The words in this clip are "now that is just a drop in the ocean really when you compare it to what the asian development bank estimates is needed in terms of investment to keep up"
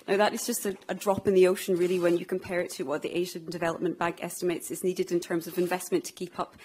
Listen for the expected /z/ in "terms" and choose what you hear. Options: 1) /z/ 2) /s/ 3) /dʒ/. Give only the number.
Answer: 1